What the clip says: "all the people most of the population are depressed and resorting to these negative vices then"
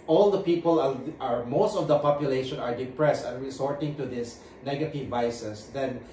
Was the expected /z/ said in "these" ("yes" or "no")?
no